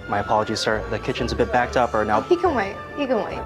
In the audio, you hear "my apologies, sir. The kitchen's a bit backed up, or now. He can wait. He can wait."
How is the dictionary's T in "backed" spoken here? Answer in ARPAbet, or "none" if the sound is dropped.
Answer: T